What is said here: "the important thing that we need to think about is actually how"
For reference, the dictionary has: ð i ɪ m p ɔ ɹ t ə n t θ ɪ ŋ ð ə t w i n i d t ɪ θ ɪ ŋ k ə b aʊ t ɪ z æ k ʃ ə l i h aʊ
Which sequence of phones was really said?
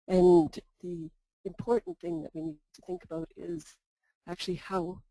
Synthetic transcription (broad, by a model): ð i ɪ m p ɔ ɹ t n θ ɪ ŋ ð ə t w i n i d t ɪ θ ɪ ŋ k ə b aʊ t ɪ z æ k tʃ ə l i h aʊ